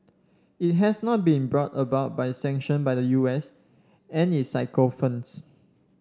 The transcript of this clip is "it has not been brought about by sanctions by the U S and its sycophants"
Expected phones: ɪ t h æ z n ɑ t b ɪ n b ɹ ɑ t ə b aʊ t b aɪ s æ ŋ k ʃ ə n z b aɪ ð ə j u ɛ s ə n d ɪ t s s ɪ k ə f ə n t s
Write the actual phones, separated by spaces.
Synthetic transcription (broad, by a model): ɪ t h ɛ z n ɑ t b ɪ n b ɹ ɑ t ə b aʊ t b aɪ s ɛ ŋ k ʃ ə n b aɪ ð ə j u ɛ s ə n ɪ t s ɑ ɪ k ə f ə n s